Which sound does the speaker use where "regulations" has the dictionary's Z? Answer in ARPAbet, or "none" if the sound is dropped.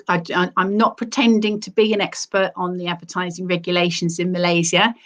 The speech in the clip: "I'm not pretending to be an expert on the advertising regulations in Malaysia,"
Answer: Z